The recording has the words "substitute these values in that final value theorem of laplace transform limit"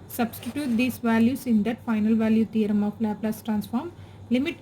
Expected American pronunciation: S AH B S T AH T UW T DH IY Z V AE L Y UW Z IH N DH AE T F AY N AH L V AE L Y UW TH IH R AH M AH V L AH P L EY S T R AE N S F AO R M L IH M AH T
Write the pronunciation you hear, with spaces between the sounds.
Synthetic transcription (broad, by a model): S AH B S T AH T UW T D IY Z V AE L Y UW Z IH N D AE T F AY N AH L V AE L Y UW T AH R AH M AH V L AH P L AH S T R AE N S F AO R M L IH M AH T